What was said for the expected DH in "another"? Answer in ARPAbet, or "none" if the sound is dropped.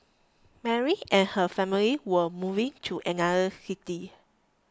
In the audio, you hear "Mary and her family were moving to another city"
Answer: none